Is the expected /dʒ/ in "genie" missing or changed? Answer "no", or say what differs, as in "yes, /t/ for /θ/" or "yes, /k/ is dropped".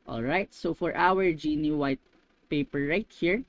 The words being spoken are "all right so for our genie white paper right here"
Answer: no